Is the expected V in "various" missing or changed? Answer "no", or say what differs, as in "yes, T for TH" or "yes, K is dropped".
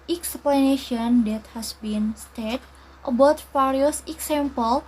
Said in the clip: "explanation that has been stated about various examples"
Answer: yes, F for V